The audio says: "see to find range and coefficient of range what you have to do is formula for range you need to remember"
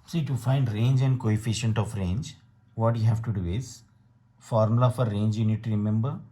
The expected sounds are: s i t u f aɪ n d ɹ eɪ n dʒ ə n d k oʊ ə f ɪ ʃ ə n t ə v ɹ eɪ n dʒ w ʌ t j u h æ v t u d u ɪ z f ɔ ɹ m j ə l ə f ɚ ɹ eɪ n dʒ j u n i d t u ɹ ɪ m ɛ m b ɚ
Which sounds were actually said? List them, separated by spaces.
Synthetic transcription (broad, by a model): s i t u f aɪ n d ɹ eɪ n dʒ ə n d k oʊ ə f ɪ ʃ ə n t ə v ɹ eɪ n dʒ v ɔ t j u h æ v t u d u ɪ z f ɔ ɹ m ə l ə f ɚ ɹ eɪ n dʒ j u n i d t u ɹ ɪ m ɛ m b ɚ